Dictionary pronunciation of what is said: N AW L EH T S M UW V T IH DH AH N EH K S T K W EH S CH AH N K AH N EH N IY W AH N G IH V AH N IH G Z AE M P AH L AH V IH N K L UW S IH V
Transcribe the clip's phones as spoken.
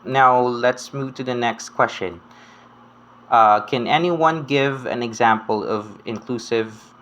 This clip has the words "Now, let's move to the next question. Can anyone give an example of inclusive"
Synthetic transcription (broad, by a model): N AW L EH T S M UW V T IH DH AH N EH K S T K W EH S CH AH N K AH N EH N IY W AH N G IH V AH N IH G Z AE M P AH L AH V IH N K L UW S IH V